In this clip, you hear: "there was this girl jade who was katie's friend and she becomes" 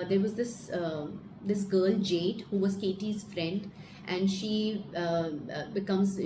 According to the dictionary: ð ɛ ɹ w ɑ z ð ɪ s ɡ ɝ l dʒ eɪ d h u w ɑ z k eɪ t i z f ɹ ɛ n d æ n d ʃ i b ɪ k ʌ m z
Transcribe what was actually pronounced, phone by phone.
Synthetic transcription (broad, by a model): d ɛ ɹ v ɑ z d ɪ s ɡ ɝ l dʒ eɪ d h u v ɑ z k eɪ t i z f ɹ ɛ n d æ n d ʃ i b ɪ k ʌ m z